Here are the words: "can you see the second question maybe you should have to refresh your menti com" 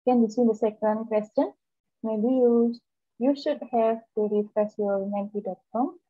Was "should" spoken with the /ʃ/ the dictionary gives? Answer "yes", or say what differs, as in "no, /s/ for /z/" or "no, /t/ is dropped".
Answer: yes